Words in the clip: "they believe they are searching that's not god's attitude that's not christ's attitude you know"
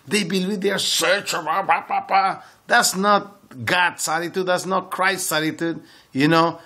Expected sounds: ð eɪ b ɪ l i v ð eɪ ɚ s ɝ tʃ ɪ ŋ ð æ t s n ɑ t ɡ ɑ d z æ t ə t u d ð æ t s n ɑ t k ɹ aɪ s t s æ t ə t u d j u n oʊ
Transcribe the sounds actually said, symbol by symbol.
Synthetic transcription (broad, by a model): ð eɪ b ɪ l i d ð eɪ ɚ s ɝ tʃ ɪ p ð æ t s n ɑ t ɡ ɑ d s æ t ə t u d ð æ t s n ɑ t k ɹ aɪ s t s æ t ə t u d j u n oʊ